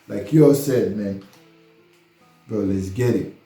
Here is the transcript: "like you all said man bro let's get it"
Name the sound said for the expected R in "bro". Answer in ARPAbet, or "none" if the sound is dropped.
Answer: none